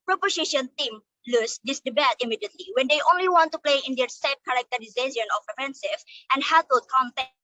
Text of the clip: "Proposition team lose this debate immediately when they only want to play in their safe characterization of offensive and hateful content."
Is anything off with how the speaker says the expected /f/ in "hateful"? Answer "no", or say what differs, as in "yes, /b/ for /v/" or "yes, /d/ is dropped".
yes, /f/ is dropped